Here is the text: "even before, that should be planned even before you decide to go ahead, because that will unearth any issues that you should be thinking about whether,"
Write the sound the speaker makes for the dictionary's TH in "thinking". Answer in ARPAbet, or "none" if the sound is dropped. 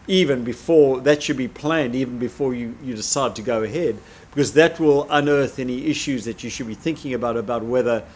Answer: TH